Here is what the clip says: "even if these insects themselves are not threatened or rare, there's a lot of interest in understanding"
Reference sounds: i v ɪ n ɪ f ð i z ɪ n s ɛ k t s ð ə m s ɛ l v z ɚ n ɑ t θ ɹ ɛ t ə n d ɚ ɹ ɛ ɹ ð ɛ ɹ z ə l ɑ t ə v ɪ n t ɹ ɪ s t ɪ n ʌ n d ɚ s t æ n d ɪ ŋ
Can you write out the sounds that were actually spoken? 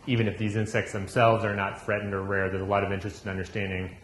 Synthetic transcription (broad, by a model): i v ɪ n ɪ f ð i z ɪ n s ɛ k t s ð ə m s ɛ l v z ɚ n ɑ t f ɹ ɛ t n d ɚ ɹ ɛ ɹ ð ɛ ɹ z ə l ɑ t ə v ɪ n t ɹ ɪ s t ɪ n ʌ n d ɚ s t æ n d ɪ ŋ